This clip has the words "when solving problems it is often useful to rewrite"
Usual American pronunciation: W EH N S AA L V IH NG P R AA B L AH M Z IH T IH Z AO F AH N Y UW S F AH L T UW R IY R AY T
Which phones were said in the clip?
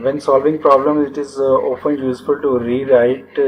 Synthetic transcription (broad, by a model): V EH N S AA L V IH NG P R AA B L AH M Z IH T IH Z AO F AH N Y UW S F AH L T UW R IY R AY T